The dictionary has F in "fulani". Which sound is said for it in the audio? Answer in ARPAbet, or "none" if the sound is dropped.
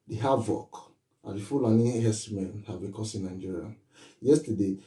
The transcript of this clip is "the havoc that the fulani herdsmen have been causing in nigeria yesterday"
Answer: F